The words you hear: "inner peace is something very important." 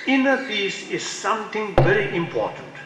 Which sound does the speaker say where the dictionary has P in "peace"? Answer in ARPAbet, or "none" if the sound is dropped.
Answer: F